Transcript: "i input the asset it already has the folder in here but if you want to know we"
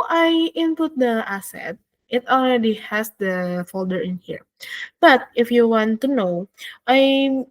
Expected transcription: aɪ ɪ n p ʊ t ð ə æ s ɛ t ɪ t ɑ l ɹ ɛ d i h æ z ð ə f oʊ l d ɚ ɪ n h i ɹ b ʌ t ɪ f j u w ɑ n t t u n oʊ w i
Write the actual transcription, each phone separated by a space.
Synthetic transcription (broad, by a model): aɪ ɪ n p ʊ t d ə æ s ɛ t ɪ t ɑ l ɹ ɛ d i h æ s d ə f oʊ l d ɚ ɪ n h i ɹ b ʌ t ɪ f j u w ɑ n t t u n oʊ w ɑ